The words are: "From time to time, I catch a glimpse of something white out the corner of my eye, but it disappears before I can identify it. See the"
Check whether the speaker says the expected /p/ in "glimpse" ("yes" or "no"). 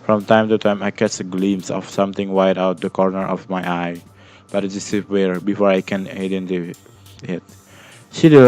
no